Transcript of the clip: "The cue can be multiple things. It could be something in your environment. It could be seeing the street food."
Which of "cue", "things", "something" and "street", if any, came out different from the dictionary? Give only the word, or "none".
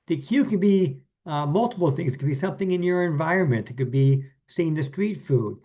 none